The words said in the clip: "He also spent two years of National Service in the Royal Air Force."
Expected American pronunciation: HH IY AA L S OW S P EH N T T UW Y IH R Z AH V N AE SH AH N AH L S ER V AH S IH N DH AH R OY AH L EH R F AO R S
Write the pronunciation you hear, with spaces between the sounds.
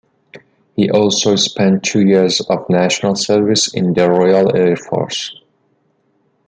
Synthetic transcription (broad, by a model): HH IY AA L S OW S P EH N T T UW Y IH R Z AH V N AE SH AH N AH L S ER V AH S IH N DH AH R OY AH L EH R F AO R S